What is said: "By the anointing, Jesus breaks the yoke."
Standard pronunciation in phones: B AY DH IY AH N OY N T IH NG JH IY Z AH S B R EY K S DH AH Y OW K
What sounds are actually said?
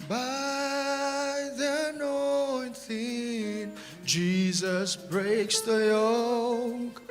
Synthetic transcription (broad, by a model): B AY DH IY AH N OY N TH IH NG JH IY Z AH S B R EY K S DH AH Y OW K